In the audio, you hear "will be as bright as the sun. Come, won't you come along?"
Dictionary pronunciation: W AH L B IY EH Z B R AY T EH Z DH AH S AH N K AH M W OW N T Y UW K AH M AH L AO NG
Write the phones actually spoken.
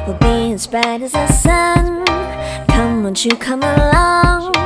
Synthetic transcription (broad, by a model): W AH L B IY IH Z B AY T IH Z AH S AH N K AH M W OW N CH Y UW K AH M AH L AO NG